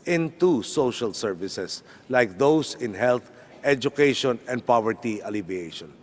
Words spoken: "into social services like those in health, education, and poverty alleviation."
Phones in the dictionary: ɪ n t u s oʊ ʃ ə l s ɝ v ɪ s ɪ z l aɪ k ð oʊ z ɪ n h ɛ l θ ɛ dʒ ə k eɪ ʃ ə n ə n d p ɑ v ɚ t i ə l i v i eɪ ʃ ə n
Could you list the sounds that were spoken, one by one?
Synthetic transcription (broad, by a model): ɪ n t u s oʊ ʃ ə l s ɝ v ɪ s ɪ s l aɪ k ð oʊ s ɪ n h ɛ l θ ɛ dʒ ə k eɪ ʃ ə n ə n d p ɑ v ɚ t i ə l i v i eɪ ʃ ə n